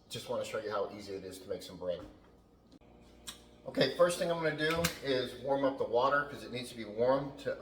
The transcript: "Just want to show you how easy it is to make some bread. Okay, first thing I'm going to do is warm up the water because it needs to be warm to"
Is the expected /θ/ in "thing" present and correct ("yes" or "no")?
yes